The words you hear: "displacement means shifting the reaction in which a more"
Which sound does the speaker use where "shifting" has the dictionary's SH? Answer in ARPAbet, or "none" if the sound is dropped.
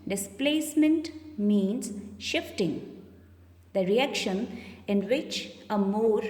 SH